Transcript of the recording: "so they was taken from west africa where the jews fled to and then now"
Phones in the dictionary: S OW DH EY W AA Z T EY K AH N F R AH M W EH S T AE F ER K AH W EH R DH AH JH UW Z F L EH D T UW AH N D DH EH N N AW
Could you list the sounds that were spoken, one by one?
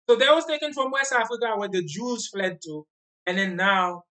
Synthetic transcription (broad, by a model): S OW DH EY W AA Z T EY K AH N F R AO M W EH S AA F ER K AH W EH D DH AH JH UW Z F L EH D T UW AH N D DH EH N N AW